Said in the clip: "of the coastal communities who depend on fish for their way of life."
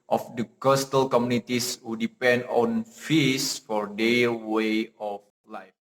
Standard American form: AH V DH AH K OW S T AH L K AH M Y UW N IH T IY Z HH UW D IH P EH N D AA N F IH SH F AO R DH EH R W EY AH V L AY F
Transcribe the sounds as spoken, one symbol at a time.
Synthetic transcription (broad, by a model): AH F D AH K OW S T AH L K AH M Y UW N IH T IY S HH UW D IH P EH N D AA N F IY S F AO R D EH W EY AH F L AY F